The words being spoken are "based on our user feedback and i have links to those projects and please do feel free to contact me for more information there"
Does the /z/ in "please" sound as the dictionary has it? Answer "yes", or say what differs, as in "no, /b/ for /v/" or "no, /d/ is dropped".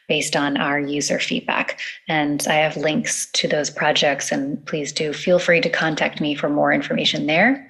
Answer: yes